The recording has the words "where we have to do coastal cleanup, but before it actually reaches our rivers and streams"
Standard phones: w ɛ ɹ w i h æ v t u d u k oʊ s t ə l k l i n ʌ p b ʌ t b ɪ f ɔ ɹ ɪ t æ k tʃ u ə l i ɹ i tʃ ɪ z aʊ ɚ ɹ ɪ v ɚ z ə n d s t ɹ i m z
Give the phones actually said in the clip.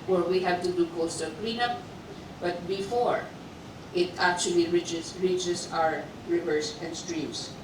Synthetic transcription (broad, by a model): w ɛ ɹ w i h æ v t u d u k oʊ s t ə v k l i n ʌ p b ʌ t b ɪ f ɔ ɹ ɪ t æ k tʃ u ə l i ɹ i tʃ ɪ s aʊ ɚ ɹ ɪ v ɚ s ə n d s t ɹ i m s